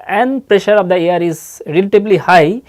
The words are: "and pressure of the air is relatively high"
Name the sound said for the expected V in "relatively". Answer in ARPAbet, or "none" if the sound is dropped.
B